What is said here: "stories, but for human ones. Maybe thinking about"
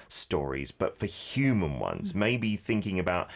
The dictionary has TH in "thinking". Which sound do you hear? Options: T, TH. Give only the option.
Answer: TH